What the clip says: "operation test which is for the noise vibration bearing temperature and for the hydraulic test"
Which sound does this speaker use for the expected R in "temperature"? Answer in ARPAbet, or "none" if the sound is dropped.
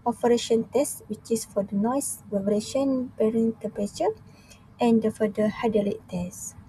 none